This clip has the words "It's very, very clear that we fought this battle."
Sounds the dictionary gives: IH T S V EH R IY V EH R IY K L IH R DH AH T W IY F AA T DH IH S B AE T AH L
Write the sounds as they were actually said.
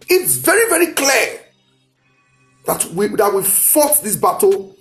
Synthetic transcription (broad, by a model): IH T S V EH R IY V EH R IY K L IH W DH AH T W IY F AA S DH IH S B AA T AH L